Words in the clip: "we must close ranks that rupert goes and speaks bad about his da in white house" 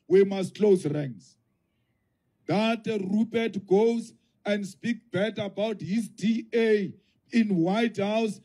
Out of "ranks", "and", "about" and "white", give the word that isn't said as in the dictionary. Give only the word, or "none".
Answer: ranks